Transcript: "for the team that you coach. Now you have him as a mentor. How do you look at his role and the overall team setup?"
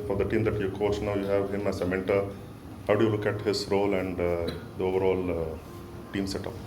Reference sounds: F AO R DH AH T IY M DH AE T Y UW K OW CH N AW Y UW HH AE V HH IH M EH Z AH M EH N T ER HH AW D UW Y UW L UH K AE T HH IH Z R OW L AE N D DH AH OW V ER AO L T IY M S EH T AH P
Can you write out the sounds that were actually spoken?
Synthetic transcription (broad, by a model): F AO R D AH T IY M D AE T Y UW K OW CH N AW Y UW HH AE V HH IH M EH S AH M EH N T ER HH AW D UW Y UW L UH K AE T HH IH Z R OW L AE N D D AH OW V ER AO L T IY M S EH T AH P